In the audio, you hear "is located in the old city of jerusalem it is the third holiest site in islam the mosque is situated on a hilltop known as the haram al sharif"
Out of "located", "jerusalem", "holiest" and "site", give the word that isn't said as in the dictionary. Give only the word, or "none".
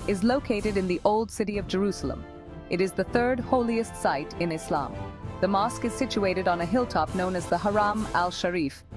none